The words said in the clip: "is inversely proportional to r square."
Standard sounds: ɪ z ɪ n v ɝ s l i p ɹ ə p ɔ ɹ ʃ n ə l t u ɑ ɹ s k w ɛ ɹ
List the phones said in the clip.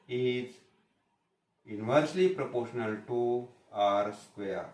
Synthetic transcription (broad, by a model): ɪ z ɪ n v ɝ s l i p ɹ ə p ɔ ɹ ʃ n ə l t u ɑ ɹ s k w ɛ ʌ